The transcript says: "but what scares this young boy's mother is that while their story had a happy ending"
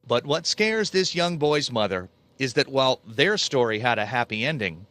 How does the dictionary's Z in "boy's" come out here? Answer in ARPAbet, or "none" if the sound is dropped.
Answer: Z